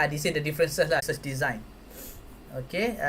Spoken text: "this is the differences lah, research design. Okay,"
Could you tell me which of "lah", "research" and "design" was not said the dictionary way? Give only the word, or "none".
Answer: research